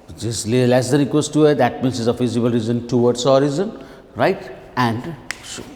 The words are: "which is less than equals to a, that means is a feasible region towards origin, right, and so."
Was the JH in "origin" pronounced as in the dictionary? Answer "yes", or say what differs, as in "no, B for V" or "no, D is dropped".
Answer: no, Z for JH